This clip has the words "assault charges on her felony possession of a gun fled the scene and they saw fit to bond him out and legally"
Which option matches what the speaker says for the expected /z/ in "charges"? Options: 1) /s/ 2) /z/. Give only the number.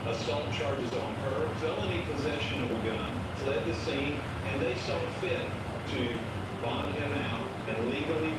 2